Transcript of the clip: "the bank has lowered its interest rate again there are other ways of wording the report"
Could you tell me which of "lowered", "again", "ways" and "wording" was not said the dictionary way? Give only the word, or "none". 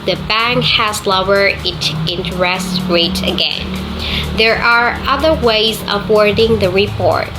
lowered